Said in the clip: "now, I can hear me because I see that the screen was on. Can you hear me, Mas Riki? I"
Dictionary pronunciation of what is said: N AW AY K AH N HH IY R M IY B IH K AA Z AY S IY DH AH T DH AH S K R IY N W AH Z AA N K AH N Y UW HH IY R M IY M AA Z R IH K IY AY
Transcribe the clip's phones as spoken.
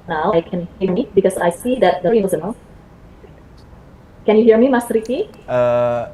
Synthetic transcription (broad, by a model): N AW AY K AH N HH IY R M IY B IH K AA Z AY S IY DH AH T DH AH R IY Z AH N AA L K AH N Y UW HH IY R M IY M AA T R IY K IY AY